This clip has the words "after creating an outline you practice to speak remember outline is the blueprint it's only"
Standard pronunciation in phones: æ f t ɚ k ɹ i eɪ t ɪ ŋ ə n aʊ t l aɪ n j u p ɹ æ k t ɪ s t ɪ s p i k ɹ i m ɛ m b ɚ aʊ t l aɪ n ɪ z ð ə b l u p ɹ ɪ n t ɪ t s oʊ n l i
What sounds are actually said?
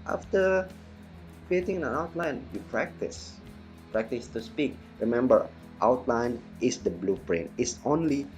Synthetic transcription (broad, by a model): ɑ f t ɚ k ɹ i eɪ t ɪ ŋ ə n aʊ t l aɪ n j u p ɹ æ k t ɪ s t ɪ s p i k ɹ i m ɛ m b ɚ aʊ t l aɪ n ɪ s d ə b l u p ɹ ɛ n ɪ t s oʊ n l i